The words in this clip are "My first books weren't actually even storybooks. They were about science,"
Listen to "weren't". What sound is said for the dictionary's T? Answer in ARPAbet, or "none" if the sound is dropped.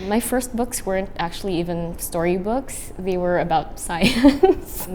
T